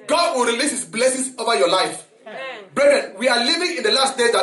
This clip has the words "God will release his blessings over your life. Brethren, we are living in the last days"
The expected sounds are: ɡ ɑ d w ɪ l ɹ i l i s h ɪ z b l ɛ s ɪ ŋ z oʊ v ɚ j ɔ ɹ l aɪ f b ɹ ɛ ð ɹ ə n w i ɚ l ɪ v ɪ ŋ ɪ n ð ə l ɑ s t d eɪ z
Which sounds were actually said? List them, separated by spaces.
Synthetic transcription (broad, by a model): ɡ ɑ d w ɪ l ɹ i l i s h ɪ s b l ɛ s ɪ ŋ s oʊ v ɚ j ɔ l aɪ f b ɹ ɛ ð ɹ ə n w i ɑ l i v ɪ ŋ ɪ n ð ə l ɑ s t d eɪ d